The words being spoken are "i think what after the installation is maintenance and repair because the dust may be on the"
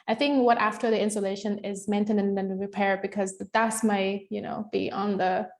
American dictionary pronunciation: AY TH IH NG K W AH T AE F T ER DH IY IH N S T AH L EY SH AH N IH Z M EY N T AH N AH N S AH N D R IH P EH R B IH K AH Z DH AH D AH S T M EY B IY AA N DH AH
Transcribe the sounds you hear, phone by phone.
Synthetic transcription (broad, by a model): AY TH IH NG K W AH T AE F T ER DH IY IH N S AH L EY SH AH N IH Z M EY N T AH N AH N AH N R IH P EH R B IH K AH Z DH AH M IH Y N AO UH B IY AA N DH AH